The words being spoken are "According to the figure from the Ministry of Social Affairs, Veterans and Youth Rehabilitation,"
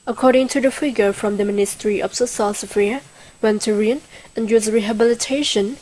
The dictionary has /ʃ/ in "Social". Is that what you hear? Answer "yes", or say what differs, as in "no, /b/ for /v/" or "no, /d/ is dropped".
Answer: no, /s/ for /ʃ/